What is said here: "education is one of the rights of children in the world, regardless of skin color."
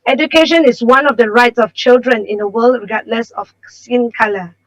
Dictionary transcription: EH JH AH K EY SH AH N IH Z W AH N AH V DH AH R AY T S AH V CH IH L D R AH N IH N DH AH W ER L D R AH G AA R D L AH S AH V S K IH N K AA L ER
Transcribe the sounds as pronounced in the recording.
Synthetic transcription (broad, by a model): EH JH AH K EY SH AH N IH S W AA N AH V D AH R AY T S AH F CH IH L D R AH N IH N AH W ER L D R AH G AA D L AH S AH F S IH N K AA L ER